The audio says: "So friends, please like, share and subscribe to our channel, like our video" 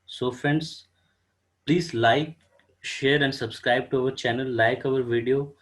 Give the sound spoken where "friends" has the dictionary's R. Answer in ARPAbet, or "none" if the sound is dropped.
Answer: none